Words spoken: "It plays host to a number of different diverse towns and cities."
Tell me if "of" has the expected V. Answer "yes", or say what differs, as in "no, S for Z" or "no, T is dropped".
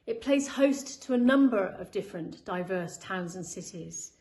yes